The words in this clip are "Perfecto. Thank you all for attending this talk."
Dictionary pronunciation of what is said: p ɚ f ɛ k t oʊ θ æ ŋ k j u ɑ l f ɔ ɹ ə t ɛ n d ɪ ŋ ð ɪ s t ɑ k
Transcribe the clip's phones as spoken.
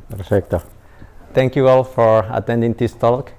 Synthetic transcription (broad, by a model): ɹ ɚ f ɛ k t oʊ t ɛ ŋ k j u ɑ l f ɔ ɹ ə t ɛ n d ɪ ŋ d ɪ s t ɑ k